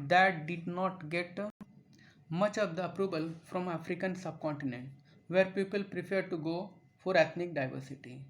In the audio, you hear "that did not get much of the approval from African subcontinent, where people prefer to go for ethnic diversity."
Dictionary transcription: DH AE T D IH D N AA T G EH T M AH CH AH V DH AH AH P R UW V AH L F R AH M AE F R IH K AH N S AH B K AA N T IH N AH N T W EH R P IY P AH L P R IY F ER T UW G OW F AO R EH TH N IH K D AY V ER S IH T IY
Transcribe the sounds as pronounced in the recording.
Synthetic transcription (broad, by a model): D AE T D IH D N AA T G EH T M AH CH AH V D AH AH P R UW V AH L F R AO M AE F R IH K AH N S AH B K AA N T IH N AH N T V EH R P IY P AH L P R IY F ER T UW G OW F AO R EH T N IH K D AY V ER S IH T IY